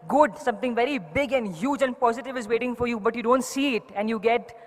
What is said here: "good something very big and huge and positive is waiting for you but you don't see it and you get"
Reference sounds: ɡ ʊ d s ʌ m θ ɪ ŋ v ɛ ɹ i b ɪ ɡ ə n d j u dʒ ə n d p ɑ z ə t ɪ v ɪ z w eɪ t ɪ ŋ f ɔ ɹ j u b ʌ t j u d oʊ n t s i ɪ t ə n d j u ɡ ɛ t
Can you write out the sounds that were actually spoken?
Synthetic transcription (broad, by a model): ɡ ʊ d s ʌ m t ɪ ŋ v ɛ ɹ i b ɪ ɡ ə n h j u dʒ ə n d p ɑ z ə t ɪ v ɪ z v eɪ t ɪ ŋ f ɔ ɹ j u b ʌ t j u d oʊ n t s i ɪ t ə n d j u ɡ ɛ t